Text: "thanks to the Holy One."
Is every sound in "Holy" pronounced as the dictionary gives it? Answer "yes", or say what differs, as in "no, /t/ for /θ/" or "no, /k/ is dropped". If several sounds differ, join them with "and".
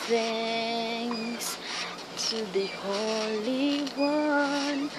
yes